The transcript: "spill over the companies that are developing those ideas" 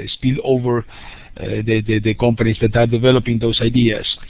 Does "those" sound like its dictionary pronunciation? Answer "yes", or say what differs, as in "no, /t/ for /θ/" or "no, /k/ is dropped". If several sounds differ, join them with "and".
no, /s/ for /z/